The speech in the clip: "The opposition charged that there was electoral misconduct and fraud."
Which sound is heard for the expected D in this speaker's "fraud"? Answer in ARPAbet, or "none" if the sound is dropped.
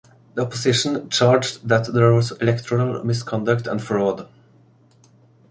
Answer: D